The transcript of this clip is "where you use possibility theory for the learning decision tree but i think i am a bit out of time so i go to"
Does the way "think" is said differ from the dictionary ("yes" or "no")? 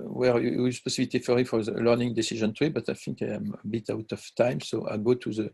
yes